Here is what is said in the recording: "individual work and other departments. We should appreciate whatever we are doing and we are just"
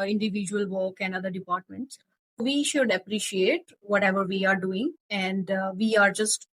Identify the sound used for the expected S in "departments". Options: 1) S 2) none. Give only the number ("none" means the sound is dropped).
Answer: 1